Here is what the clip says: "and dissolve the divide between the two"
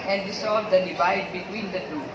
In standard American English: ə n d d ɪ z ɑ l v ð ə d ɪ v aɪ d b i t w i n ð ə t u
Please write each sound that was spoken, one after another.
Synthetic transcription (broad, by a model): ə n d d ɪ s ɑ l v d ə d ɪ v aɪ d b i t w i n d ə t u